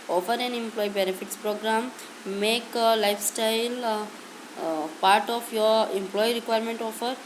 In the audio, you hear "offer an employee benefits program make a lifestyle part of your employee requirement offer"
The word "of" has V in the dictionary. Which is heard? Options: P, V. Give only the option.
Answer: P